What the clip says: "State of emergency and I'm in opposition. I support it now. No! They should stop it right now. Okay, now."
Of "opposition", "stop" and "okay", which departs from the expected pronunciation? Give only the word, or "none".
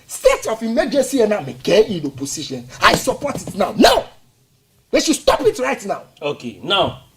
opposition